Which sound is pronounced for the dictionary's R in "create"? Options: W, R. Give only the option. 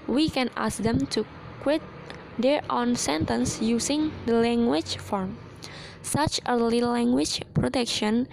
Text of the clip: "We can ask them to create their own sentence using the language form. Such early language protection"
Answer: W